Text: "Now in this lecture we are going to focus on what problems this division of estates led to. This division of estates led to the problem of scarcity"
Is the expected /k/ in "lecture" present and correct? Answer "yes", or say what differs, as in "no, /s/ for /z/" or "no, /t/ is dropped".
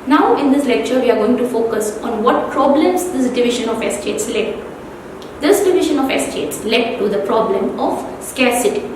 yes